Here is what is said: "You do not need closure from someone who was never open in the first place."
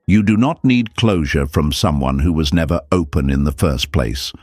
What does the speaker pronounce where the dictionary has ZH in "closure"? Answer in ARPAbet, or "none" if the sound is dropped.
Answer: ZH